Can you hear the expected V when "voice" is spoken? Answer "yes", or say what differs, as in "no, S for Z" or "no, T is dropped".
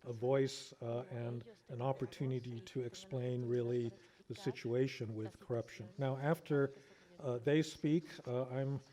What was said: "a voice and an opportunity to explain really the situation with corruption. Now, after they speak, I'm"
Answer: yes